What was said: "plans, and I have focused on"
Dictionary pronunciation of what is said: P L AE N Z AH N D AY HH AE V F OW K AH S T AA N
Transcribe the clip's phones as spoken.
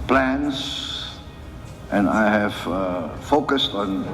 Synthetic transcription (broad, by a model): P L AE N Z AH N AY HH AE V F OW K AH S T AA N